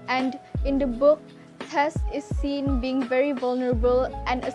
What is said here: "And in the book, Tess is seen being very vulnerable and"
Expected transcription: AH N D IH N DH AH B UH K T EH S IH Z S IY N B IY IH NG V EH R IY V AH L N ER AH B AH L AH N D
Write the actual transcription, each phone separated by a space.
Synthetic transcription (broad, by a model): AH N D IH N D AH B UH K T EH S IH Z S IY N B IY IH NG V EH R IY V AH L N ER AH B AH L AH N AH